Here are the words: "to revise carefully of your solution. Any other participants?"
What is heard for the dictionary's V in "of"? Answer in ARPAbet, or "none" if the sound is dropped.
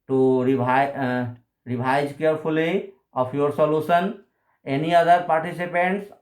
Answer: P